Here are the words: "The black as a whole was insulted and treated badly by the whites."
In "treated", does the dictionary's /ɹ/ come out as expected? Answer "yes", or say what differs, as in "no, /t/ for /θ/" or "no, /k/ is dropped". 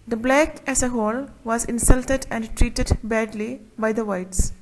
yes